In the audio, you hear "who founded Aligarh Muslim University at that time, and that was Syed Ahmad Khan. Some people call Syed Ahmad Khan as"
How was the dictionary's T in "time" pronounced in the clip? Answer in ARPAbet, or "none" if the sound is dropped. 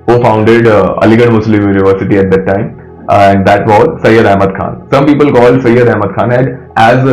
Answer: T